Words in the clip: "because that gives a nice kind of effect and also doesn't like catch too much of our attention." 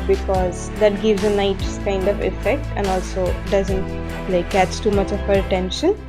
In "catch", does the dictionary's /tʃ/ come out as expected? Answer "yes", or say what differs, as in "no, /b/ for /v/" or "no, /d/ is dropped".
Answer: no, /s/ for /tʃ/